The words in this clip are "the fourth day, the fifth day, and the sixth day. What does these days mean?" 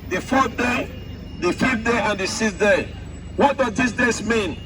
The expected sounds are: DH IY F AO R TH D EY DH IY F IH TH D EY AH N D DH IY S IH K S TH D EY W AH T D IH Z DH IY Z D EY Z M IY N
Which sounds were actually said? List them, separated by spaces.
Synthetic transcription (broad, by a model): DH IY F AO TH D EY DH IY F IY F D EY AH N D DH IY S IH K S D EY W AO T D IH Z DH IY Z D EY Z M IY N